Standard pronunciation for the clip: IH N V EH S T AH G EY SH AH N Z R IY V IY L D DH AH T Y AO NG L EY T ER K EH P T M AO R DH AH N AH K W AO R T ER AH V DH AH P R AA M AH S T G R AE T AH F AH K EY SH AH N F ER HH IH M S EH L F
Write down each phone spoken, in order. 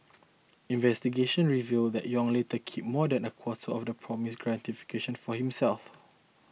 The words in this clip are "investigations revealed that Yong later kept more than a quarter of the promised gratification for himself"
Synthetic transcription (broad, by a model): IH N V EH S T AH G EY SH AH N R IY V IY L D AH T Y AO NG L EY T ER K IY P M AO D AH N AH K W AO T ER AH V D AH P R AA M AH S G R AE T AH F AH K EY SH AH N F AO HH IH M S EH L F